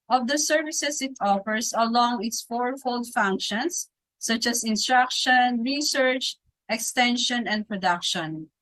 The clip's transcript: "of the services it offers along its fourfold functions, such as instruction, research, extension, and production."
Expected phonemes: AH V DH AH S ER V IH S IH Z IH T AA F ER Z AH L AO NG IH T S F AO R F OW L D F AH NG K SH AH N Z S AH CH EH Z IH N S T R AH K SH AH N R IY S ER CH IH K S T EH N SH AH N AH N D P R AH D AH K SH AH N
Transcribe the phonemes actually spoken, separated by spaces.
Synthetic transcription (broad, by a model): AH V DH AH S ER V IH S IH S IH T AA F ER S AH L AO NG IH T S F AO R F OW L D F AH NG K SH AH N S AH CH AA S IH N S T R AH K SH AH N R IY S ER CH IH K S T EH N SH AH N AH N D P R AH D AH K SH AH N